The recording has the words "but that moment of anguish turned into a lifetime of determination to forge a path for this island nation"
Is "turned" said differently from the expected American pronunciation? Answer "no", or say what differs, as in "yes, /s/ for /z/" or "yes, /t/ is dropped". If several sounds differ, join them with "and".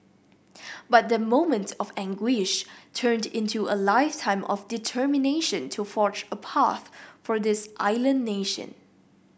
no